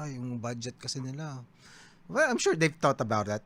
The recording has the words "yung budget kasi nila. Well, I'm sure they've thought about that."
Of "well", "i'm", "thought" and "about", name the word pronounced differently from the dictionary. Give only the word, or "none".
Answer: thought